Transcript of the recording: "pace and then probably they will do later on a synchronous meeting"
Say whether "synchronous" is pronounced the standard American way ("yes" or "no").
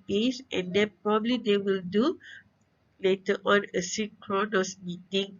no